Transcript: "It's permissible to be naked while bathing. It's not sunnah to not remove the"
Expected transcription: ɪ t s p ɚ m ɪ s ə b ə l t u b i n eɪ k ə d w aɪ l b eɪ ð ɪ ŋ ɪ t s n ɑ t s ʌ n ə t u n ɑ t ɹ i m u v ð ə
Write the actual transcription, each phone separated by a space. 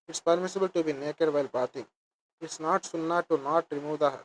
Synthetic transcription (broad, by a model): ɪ t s p ɚ m ɪ s ə b ə l t u b i n eɪ k ə d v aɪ l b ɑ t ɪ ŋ ɪ t s n ɑ t s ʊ n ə t u n ɑ t ɹ i m u v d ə